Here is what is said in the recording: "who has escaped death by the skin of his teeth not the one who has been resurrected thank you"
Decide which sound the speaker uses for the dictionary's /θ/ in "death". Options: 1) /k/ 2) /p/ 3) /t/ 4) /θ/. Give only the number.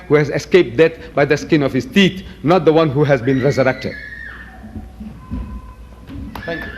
3